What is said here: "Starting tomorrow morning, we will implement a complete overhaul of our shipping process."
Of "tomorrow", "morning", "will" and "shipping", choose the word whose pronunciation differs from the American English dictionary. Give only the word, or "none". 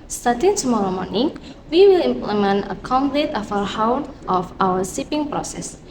shipping